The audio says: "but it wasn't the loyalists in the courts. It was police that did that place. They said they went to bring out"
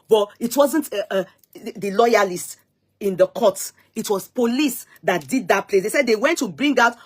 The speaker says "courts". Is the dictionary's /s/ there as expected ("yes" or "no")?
no